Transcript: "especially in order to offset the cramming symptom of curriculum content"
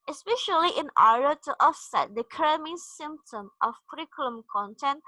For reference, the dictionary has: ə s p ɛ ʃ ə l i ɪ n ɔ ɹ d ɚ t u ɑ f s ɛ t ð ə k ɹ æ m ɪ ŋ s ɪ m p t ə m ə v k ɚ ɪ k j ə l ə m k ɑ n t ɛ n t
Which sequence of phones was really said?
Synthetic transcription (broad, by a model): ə s p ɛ ʃ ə l i ɪ n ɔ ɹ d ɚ t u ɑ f s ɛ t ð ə k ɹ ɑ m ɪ s ɪ m p t ə m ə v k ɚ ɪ k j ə l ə m k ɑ n t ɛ n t